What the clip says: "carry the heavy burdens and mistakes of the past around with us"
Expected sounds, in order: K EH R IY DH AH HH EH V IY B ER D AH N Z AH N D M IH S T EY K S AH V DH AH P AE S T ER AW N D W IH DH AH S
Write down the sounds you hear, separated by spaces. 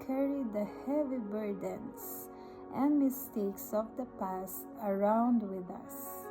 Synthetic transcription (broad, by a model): K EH R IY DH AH HH EH V IY B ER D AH N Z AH N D M IH S T EY K S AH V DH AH P AE S T ER AW N D W IH DH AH S